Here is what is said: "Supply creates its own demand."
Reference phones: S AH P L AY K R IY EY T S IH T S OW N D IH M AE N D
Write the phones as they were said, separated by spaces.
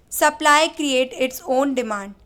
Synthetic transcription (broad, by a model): S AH P L AY K R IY EY T IH T S OW N D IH M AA N D